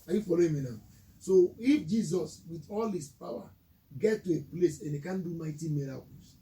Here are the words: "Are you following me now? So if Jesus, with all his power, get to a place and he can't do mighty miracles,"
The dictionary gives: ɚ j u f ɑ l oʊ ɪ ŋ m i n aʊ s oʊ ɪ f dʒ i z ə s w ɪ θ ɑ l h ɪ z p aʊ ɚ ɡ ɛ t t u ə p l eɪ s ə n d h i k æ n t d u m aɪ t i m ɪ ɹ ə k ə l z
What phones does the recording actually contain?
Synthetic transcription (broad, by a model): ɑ j u f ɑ l oʊ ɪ m i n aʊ s oʊ ɪ f dʒ i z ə s w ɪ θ ɑ l h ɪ s p aʊ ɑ ɡ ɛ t t u ə p l eɪ s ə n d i k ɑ n d u m aɪ t i m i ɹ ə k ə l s